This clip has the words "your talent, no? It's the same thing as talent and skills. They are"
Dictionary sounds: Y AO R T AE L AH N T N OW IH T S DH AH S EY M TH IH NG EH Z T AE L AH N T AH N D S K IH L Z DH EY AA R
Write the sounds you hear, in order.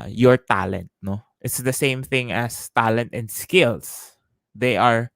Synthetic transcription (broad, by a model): Y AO R T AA L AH N T N OW IH T S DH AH S EY M TH IH NG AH S T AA L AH N T AH N D S K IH L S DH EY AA R